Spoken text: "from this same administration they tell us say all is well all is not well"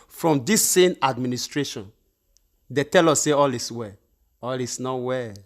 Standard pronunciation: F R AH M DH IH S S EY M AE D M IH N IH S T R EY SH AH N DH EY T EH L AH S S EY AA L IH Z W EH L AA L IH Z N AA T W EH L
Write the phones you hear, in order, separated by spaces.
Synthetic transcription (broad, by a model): F R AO M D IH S S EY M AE D M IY N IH S T R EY SH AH N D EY T EH L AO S S EY AA L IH S W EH AA L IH S N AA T W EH